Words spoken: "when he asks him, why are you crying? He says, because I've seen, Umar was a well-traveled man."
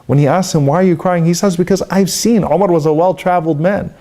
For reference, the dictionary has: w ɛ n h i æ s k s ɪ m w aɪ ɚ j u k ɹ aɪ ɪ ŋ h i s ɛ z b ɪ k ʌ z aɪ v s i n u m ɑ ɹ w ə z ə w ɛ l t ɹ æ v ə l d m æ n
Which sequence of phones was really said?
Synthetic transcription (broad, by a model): w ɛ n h i æ s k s ɪ m w aɪ ɚ j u k ɹ aɪ ɪ ŋ h i s ɛ z b ɪ k ʌ z aɪ v s i n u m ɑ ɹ w ə z ə w ɛ l t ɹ æ v l d m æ n